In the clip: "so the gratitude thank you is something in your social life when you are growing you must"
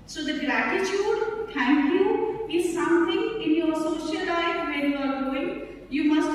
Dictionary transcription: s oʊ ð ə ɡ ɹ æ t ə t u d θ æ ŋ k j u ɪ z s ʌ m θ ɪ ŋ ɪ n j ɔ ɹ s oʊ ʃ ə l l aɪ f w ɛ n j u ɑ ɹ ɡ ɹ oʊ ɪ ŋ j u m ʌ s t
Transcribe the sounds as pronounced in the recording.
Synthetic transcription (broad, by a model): s oʊ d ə ɡ ɹ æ t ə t u d t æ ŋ k j u ɪ z s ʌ m t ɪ ŋ ɪ n j ɔ ɹ s oʊ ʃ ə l l aɪ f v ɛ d j u ɑ ɹ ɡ oʊ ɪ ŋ j u m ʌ s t